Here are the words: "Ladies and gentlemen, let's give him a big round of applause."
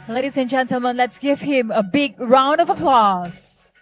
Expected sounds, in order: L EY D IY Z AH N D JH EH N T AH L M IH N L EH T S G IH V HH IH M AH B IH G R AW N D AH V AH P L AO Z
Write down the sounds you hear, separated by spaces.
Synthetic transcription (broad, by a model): L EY D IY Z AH N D JH EH N T AH L M IH N L EH T S G IH V HH IH M AH B IH G R AW N D AH V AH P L AO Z